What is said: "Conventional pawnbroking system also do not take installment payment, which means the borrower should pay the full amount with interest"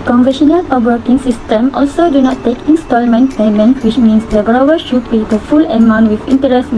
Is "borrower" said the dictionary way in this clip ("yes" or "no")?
no